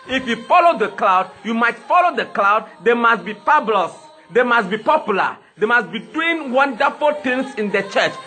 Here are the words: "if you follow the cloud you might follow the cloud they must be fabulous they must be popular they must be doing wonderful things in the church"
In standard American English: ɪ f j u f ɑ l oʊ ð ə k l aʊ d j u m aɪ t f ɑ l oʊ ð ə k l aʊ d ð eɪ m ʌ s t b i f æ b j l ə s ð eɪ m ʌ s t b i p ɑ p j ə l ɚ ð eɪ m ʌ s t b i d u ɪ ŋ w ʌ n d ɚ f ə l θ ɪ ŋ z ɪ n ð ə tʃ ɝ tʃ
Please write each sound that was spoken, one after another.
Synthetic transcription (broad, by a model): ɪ f j u f ɑ l oʊ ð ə k l aʊ d j u m aɪ t f ɑ l oʊ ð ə k l aʊ d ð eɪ m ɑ s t b i p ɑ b l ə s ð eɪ m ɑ s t b i p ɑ p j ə l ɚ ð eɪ m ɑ s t b i d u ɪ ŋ w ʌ n d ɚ f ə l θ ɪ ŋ s ɪ n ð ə tʃ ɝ tʃ